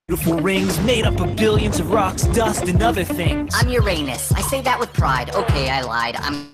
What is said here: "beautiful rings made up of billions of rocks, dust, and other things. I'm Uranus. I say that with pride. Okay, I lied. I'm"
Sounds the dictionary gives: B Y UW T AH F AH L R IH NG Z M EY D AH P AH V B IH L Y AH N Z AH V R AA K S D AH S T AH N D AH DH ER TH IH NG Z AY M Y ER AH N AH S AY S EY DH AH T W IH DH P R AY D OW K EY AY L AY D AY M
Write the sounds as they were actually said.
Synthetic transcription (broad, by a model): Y T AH F L R IH NG Z M EY D AH P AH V B IH L Y AH N Z AH V R AA K S D AH S T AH N AH DH ER TH IH NG AY M Y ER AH N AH S AY S EY DH AH T W IH DH P R AY D OW K EY AY L AY D AY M